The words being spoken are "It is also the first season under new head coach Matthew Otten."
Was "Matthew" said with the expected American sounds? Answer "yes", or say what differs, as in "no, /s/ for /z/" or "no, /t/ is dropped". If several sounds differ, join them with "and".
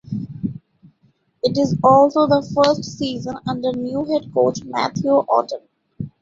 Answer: no, /t/ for /θ/